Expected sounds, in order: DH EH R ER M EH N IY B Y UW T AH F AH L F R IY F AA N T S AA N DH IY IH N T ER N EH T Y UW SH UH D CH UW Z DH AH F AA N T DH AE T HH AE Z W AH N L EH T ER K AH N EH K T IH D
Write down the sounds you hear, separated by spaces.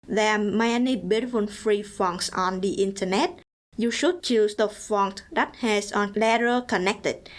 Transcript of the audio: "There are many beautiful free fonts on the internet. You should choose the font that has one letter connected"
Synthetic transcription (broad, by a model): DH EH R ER M EH N IY B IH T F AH N F R IY F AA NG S AA N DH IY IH N T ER N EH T Y UW SH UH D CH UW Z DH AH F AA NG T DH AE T HH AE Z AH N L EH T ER K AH N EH K T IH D